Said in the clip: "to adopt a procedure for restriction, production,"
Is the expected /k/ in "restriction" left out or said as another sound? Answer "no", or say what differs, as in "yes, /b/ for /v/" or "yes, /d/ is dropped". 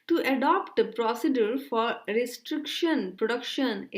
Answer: no